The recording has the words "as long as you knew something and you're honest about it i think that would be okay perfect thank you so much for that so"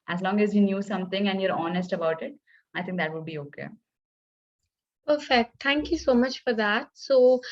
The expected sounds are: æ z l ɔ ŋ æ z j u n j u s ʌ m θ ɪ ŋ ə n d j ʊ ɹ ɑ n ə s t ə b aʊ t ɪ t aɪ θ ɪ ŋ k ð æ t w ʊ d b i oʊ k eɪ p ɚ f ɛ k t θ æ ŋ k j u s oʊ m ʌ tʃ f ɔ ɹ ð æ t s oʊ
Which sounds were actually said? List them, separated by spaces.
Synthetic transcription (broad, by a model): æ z l ɔ ŋ æ z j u n j u s ʌ m t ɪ ŋ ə n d j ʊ ɹ ɑ n ə s t ə b aʊ t ɪ t aɪ t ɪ ŋ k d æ t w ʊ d b i oʊ k eɪ p ɚ f ɛ k t t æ ŋ k j u s oʊ m ʌ tʃ f ɔ ɹ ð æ t s oʊ